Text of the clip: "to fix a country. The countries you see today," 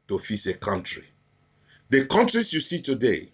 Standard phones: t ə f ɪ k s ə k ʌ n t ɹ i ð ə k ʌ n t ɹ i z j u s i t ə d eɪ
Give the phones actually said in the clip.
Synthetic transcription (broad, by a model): t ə f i s ə k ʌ n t ɹ i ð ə k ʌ n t ɹ i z j u s i t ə d eɪ